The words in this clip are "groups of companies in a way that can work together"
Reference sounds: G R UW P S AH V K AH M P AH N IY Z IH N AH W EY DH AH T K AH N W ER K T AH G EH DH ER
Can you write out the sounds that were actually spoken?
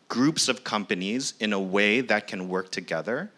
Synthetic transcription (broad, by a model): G R UW P S AH V K AH M P AH N IY Z IH N AH W EY DH AH T K AH N W ER K T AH G EH DH ER